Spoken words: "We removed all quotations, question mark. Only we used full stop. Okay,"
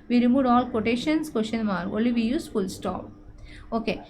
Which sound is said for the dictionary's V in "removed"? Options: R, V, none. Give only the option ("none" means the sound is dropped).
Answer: none